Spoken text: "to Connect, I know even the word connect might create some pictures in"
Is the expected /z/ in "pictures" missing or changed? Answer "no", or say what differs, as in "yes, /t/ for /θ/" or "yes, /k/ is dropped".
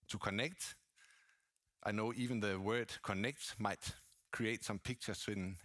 yes, /s/ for /z/